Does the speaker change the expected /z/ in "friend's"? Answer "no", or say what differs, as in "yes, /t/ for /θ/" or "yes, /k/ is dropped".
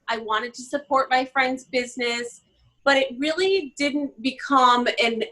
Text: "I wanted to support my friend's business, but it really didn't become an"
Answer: no